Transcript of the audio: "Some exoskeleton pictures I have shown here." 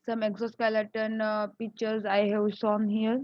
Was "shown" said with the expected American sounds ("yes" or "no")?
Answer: no